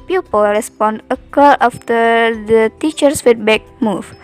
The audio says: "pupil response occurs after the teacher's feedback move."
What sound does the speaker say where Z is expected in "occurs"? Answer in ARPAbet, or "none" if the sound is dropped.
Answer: none